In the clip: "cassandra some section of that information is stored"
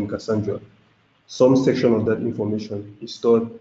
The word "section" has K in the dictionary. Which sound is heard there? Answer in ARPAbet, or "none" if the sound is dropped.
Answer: K